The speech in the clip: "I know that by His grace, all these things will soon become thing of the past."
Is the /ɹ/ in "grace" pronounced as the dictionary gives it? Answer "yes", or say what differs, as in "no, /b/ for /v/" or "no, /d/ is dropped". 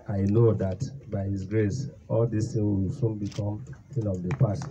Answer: yes